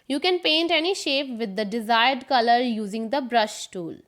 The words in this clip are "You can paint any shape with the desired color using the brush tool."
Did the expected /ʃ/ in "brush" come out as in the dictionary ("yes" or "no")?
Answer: yes